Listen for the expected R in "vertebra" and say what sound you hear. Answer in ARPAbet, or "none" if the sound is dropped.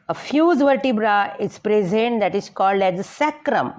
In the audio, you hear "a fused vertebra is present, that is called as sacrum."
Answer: R